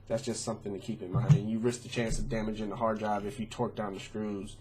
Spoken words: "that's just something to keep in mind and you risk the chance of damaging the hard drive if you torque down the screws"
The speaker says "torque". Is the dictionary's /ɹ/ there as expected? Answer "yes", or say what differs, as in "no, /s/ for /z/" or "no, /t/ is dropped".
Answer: yes